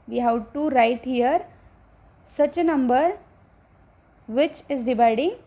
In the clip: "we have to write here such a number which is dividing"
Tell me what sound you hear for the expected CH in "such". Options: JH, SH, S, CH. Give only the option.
CH